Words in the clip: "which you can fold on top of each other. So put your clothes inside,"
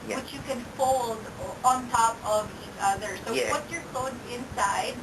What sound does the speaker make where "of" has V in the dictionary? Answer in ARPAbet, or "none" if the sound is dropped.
V